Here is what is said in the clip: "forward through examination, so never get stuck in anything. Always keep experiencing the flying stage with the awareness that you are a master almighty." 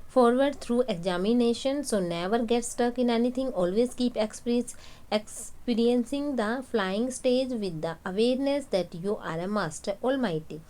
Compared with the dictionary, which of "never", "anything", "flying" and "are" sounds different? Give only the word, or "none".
anything